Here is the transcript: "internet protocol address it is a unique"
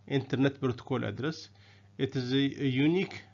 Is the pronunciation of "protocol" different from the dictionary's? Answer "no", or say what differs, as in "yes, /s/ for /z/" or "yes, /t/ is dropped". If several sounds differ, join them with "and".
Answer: yes, /b/ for /p/